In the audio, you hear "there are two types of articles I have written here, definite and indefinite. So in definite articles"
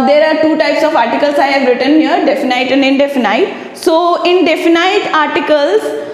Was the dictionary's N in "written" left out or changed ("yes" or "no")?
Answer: no